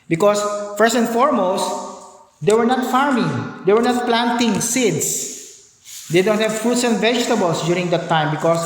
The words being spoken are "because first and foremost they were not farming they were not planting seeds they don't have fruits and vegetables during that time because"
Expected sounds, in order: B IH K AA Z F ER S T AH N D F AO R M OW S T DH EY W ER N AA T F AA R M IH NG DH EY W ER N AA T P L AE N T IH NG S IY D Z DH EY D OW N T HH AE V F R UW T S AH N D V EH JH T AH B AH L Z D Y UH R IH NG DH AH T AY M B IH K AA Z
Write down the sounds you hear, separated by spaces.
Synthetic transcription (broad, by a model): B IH K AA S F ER S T AH N D F AO R M OW S T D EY W ER N AA T F AA R M IH NG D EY W ER N AA T P L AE N T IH NG S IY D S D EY D OW N T HH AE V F UW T S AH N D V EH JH T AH B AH L S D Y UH R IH NG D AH T AY M B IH K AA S